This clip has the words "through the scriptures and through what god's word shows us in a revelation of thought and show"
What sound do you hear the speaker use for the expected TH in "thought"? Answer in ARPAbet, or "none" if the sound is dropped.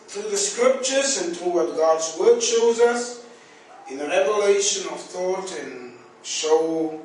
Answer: TH